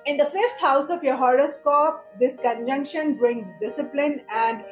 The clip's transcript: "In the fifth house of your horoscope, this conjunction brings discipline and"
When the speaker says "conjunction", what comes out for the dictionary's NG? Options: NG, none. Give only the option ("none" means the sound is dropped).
NG